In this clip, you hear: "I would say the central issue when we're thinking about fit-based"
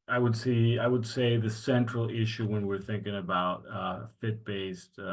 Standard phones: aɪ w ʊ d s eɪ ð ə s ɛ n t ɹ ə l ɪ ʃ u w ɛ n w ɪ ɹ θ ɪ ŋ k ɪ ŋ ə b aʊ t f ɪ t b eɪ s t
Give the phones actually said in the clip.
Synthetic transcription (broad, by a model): aɪ w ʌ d s eɪ ð ə s ɛ n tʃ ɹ l ɪ ʃ u w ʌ n w ɪ ɹ θ ɪ ŋ k ɪ ŋ ə b aʊ t f ɪ t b eɪ s t